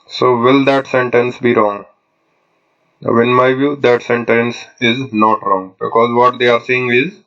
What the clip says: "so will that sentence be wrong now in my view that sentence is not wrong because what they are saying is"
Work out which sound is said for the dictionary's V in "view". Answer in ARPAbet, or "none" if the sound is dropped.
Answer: V